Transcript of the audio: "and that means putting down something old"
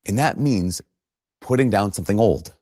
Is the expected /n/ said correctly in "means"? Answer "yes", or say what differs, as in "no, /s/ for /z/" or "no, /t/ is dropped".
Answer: yes